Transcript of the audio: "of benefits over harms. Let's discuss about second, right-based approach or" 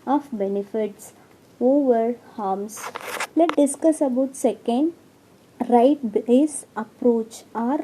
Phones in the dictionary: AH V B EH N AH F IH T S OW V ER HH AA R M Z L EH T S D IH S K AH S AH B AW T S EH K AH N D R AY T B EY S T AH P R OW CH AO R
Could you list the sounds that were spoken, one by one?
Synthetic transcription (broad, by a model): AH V B EH N AH F IH T S OW V ER HH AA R M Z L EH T D IH S K AH S AH B AW T S EH K AH N D R AY T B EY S AH P R OW CH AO R